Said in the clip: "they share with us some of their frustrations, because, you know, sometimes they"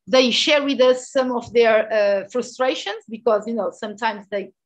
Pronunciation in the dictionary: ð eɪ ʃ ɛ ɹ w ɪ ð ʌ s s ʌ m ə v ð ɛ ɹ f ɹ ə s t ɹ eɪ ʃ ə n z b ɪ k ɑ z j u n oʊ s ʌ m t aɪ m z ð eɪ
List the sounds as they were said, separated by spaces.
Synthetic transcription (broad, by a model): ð eɪ ʃ ɛ ɹ w ɪ ð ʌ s s ʌ m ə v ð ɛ ɹ f ɹ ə s t ɹ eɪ ʃ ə n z b ɪ k ɑ z j u n oʊ s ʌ m t aɪ m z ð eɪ